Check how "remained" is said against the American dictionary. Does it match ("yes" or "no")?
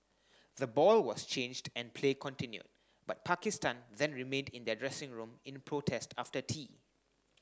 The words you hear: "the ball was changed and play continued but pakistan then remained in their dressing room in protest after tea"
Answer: yes